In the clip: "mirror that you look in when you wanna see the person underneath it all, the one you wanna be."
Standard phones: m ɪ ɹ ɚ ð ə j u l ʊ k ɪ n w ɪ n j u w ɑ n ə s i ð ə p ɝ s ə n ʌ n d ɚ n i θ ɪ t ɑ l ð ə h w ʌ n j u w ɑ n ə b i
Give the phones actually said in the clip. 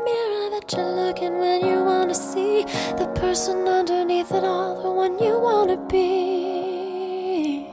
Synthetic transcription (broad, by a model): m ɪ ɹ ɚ ð ə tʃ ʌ l ʊ k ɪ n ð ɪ n j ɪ w ɑ n ə s i ð ə p ɝ s ə n ʌ n d ɚ n i θ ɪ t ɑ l ð ə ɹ w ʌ n j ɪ w ɑ n ə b i